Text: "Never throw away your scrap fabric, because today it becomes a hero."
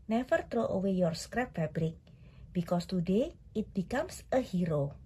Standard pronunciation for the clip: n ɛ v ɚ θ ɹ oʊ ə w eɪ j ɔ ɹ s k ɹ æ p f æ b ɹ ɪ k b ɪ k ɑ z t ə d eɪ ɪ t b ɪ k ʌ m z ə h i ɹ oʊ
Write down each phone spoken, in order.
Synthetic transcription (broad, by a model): n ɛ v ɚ t ɹ oʊ ə w eɪ j ɔ ɹ s k ɹ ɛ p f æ b ɹ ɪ k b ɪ k ɑ s t ə d eɪ ɪ t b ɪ k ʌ m s ə h i ɹ oʊ